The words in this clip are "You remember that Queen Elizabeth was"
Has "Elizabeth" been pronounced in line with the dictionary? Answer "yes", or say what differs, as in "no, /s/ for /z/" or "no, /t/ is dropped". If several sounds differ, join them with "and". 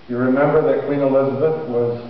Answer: yes